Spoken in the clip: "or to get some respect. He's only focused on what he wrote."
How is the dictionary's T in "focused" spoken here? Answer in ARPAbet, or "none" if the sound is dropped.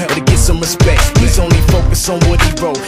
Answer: none